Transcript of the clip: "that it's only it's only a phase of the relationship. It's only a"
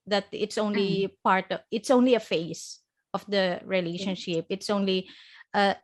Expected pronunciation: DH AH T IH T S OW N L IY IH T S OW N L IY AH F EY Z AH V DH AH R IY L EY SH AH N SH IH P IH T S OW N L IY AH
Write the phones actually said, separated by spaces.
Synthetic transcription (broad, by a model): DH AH T IH T S OW N L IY IH T S OW N L IY AH F EY S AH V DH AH R IY L EY SH AH N SH IH P IH T S OW N L IY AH